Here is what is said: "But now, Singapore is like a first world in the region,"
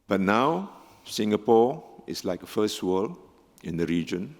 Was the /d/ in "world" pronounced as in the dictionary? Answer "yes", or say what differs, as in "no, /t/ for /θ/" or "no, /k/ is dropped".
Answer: no, /d/ is dropped